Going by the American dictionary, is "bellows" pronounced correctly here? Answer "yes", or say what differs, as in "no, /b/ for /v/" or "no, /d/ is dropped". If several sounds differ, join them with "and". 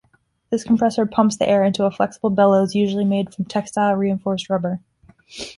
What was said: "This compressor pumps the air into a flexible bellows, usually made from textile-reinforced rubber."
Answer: yes